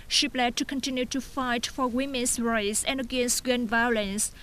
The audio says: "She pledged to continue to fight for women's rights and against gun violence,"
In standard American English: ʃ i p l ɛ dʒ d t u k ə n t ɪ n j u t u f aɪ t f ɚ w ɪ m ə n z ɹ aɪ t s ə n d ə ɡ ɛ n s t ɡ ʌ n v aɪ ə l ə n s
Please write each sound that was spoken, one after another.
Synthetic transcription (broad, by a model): ʃ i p l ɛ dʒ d t u k ə n t ɪ n j u t u f aɪ t f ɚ w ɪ m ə n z ɹ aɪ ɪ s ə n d ə ɡ ɛ n s t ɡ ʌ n v aɪ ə l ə n s